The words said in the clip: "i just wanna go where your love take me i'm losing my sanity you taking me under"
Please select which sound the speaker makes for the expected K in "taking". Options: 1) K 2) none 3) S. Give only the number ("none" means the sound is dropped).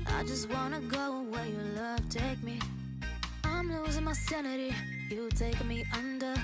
2